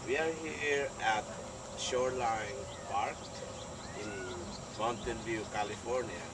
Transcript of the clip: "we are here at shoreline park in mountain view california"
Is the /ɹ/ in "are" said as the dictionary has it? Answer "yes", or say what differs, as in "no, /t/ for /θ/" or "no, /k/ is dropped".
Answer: yes